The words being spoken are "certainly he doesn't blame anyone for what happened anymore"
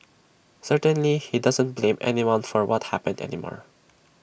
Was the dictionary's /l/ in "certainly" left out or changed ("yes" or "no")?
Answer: no